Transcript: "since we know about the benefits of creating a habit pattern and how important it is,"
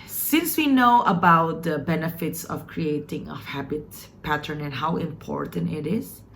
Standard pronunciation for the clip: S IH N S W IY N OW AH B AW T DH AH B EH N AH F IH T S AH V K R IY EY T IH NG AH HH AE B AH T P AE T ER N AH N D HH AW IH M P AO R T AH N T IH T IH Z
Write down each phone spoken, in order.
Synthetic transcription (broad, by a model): S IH N S W IY N OW AH B AW T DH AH B EH N AH F IH T S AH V K R IY EY T IH NG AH HH AE B AH T P AE T ER N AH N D HH AW IH M P AO R T AH N T IH T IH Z